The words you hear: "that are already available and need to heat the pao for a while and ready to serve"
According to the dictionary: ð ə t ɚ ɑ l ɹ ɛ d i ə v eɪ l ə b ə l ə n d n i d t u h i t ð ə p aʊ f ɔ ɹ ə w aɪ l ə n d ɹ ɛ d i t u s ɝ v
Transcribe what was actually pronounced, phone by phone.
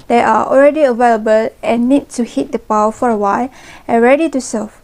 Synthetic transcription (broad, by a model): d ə t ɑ ɑ l ɹ ɛ d i ə v eɪ l ə b ə l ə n n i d t u h i t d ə p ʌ f ɔ ɹ ə w aɪ l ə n ɹ ɛ d i t u s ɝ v